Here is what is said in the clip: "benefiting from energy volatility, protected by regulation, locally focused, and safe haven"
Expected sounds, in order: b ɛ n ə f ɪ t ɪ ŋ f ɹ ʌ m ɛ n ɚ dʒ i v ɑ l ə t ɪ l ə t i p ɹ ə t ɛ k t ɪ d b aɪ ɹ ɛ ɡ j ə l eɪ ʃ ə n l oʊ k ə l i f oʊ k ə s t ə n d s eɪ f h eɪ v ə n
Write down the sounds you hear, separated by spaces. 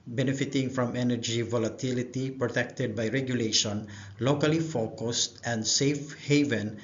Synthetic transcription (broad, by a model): b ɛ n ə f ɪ t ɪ ŋ f ɹ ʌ m ɛ n ɚ dʒ i v ɑ l ə t ɪ l ə t i p ɹ ə t ɛ k t ɪ d b aɪ ɹ ɛ ɡ j ə l eɪ ʃ ə n l oʊ k ə l i f oʊ k ə s t ə n d s eɪ f h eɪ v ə n